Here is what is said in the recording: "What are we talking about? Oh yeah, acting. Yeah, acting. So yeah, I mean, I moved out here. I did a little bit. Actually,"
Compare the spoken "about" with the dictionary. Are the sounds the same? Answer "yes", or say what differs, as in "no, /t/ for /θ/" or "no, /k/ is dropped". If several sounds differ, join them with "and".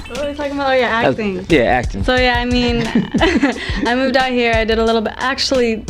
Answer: no, /t/ is dropped